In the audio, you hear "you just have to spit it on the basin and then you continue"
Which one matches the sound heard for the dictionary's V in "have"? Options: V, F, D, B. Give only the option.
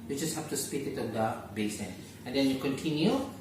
F